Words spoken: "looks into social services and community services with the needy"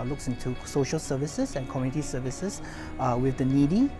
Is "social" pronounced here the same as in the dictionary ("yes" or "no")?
yes